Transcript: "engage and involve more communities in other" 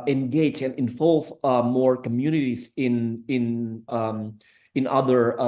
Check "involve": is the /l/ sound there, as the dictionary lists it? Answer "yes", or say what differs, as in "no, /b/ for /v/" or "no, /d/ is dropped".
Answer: yes